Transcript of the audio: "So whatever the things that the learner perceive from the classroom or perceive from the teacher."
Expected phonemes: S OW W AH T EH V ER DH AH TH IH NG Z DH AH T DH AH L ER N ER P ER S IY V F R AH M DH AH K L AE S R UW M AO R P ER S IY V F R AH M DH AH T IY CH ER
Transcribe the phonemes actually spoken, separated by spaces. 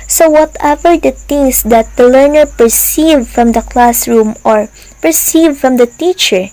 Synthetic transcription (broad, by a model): S OW W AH T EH V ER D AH T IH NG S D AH T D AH L ER N ER P ER S IY V F R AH M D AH K L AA S R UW M AO R P ER S IY V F R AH M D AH T IY CH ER